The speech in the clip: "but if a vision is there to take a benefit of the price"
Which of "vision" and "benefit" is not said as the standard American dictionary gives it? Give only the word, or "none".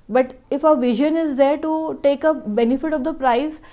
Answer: none